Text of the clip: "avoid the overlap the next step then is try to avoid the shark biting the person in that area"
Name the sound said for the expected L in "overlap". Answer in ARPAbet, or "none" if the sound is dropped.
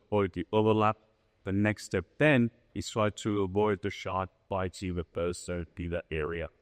L